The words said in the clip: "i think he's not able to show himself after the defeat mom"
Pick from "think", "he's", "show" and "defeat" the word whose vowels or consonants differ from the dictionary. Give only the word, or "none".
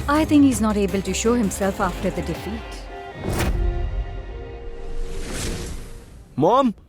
think